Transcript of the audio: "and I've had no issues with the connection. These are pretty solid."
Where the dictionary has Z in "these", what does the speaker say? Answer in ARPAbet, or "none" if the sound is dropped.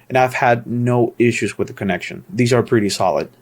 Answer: Z